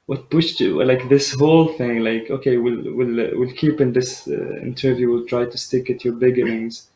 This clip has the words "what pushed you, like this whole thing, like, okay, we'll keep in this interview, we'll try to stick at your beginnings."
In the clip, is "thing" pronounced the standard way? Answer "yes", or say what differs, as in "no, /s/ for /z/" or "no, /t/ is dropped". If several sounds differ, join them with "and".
yes